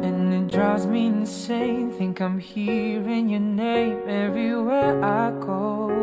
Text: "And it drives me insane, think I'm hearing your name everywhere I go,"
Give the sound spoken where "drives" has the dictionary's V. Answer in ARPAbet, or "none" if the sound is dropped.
none